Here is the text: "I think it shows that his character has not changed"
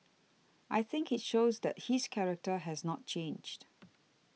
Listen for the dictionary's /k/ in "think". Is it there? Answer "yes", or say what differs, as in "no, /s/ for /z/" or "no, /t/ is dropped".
yes